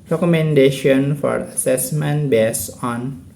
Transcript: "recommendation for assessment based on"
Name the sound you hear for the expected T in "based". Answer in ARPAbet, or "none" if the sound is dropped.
none